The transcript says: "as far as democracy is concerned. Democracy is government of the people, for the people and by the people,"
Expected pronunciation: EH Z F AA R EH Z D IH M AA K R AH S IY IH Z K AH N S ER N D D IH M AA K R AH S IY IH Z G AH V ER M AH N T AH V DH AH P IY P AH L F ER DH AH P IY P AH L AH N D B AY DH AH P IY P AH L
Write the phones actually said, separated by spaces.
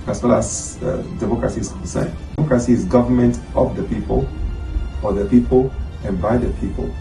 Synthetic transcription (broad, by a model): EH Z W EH L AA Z D IH M AA K R AH S IY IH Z K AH N S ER N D D IH M AA K R AH S IY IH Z G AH V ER M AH N T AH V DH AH P IY P AH L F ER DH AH P IY P AH L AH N B AY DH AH P IY P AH L